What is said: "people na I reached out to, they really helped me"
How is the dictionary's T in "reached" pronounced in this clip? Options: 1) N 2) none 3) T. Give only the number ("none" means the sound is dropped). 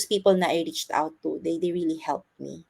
3